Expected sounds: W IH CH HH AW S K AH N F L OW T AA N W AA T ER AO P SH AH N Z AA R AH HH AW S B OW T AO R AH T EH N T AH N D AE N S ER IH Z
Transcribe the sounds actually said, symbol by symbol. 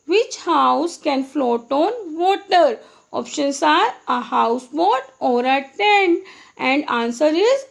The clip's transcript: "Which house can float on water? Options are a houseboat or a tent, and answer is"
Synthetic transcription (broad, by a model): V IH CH HH AW S K AH N F L OW T AA N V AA T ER AO P SH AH N S AA R AH HH AW S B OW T AO R AH T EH N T AH N D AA N S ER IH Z